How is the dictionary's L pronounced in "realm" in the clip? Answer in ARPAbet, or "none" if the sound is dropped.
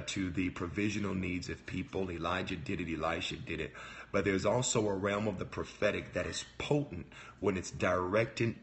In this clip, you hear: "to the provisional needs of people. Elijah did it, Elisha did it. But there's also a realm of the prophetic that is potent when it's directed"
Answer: L